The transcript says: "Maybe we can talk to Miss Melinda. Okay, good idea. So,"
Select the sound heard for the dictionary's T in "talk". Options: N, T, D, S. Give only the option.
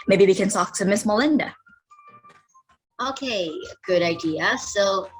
S